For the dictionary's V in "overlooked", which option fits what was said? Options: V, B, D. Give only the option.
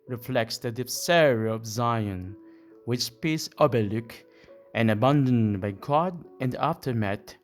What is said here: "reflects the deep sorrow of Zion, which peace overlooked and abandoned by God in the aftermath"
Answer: B